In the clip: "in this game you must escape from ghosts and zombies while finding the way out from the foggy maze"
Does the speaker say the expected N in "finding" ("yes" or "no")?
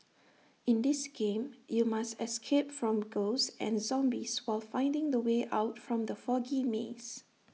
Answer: yes